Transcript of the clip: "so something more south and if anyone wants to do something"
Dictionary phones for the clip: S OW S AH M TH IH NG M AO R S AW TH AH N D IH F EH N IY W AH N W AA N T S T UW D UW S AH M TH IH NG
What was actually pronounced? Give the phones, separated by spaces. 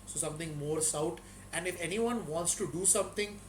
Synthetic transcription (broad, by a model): S OW S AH M T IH NG M AO R S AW T AH N D IH F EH N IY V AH N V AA N T S T UW D UW S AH M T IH NG